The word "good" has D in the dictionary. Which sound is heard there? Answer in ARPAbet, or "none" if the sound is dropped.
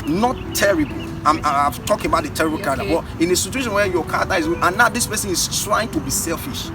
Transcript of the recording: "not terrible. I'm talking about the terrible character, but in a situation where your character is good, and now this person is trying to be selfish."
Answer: none